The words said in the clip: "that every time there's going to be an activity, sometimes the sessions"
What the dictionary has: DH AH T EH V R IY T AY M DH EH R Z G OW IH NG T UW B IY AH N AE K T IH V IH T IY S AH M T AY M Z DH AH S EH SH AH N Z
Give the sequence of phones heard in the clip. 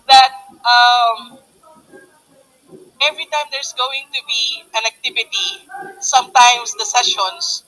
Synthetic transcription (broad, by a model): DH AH T EH V R IY T AY M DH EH R S G OW IH NG T UW B IY AH N AE K T IH V IH T IY S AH M T AY M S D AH S EH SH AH N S